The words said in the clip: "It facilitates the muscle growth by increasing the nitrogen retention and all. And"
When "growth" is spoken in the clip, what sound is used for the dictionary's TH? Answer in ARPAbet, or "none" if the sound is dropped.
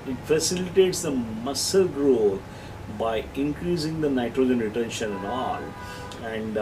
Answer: T